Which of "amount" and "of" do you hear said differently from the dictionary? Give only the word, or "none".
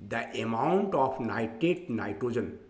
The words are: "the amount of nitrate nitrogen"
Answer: of